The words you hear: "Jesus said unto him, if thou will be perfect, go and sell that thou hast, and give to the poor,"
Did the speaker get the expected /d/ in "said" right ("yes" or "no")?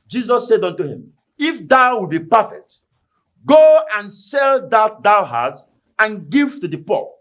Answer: yes